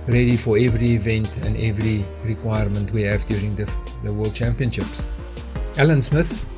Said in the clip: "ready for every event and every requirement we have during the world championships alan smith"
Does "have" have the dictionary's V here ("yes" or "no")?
yes